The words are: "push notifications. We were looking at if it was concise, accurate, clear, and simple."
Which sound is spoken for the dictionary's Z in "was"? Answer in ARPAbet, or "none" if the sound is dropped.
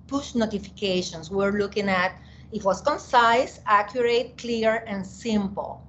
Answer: S